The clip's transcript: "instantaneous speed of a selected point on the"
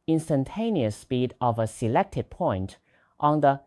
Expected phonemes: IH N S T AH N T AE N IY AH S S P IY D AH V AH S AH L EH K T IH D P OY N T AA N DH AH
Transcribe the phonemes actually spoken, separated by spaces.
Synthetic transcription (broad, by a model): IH N S T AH N T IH N IY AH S S P IY D AH V AH S AH L EH K T IH D P OY N T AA N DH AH